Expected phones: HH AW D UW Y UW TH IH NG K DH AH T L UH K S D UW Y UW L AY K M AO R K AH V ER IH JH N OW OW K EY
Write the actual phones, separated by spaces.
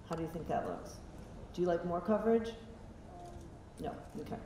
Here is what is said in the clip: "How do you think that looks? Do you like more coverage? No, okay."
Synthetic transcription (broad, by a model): HH AW D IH Y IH TH IH NG K DH AH T L UH K S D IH Y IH L AY K M AO R K AH V ER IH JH N OW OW K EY